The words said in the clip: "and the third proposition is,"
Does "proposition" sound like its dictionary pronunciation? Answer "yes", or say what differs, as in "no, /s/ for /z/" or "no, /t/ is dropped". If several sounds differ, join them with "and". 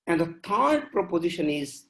yes